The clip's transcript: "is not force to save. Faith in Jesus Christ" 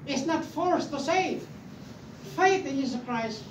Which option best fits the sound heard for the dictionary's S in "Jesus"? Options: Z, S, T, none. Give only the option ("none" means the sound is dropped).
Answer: none